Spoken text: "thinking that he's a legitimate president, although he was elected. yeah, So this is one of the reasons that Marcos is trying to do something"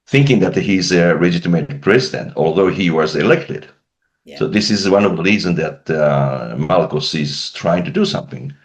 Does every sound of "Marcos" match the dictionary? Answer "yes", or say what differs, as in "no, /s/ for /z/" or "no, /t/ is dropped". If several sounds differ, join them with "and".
no, /l/ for /ɹ/